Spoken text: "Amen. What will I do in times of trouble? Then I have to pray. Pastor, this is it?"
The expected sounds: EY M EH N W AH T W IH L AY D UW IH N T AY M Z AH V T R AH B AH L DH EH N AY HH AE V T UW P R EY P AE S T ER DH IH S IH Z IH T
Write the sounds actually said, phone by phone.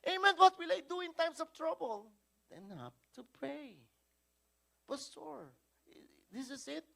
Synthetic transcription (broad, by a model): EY M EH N W AH T W IH L AY D UW IH N T AY M S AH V T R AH B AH L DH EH N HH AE P T UW P R EY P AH S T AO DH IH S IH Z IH T